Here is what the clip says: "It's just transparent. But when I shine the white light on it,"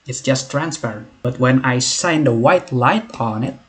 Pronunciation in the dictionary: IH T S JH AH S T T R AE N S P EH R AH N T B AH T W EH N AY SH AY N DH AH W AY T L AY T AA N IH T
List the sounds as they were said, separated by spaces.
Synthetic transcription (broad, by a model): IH T S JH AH S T T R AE N S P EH R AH N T B AH T W EH N AY S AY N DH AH W AY T L AY T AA N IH T